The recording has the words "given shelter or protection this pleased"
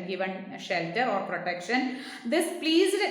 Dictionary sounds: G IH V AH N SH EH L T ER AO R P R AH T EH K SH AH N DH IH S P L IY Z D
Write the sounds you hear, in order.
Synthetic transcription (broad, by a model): G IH V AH N SH EH L T ER AO R P R AH T EH K SH AH N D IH S P L IY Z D